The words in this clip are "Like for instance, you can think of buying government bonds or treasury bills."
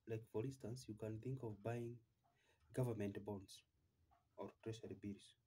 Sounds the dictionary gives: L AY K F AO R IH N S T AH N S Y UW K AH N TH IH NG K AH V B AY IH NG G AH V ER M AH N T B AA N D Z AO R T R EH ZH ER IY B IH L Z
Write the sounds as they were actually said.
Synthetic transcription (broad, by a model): L AY K F AO R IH N S T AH N S Y UW K AH N TH IH NG K AH V B AY IH NG G AH V ER M AH N T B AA N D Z AO R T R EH SH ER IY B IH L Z